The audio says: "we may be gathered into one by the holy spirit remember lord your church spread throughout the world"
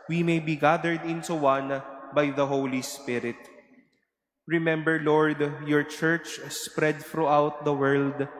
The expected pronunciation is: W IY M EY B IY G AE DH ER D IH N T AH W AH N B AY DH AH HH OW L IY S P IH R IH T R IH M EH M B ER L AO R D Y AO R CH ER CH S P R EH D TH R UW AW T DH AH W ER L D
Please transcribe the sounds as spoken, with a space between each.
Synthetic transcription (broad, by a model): W IY M EY B IY G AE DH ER D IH N S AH W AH N B AY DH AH HH OW L IY S P IH R IH T R IH M EH M B ER L AO R D Y AO R CH ER CH S P R EH D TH R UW AW T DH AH W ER L D